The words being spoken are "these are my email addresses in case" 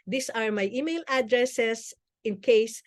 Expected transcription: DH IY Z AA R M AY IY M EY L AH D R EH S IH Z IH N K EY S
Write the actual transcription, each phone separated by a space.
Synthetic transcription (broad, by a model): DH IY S AA R M AY IY M EY L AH D R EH S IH S IH N K EY S